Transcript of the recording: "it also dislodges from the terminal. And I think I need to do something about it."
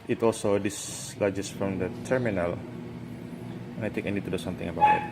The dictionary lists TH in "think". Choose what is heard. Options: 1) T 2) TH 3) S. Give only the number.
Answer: 1